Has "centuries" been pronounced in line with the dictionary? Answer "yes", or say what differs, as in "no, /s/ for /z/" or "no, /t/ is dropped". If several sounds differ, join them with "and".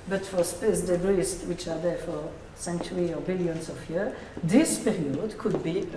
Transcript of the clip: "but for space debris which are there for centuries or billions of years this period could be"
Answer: no, /z/ is dropped